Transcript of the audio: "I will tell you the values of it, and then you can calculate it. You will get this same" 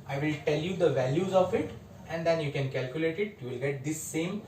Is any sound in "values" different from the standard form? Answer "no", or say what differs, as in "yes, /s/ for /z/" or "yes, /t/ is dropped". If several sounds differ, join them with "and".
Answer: no